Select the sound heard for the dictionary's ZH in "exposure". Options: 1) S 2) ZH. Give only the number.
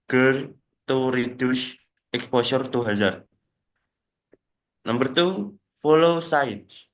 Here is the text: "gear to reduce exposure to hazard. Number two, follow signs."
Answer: 1